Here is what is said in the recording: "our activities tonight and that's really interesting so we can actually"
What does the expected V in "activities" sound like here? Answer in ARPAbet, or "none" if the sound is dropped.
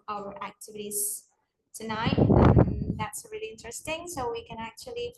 V